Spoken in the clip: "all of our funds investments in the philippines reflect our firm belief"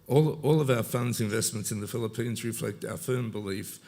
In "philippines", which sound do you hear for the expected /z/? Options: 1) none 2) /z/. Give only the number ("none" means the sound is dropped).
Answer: 2